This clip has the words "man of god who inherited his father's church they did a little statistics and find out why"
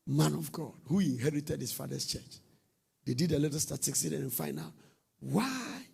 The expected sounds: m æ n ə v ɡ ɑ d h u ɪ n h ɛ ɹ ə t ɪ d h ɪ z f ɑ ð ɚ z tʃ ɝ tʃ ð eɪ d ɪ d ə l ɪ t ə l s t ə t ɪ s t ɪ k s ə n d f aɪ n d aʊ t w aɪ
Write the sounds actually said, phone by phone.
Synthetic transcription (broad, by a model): m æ n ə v ɡ ɑ d h u ɪ n h ɛ ɹ ə t ɪ d h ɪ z f ɑ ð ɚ s tʃ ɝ tʃ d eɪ d ɪ d ə l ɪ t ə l s t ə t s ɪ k s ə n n f aɪ n aʊ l w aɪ